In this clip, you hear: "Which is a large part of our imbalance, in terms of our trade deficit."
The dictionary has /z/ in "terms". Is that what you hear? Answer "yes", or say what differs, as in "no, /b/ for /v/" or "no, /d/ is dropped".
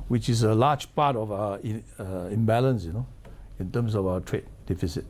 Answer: no, /s/ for /z/